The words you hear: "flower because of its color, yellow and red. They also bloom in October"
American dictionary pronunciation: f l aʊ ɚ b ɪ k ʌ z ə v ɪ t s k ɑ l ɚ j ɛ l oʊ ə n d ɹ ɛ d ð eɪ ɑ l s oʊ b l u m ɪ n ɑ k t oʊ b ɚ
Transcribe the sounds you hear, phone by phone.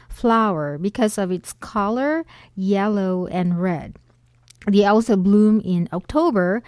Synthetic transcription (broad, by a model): f l aʊ ɚ b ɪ k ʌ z ə v ɪ t s k ɑ l ɚ j ɛ l oʊ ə n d ɹ ɛ d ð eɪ ɑ l s oʊ b l u m ɪ n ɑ k t oʊ b ɚ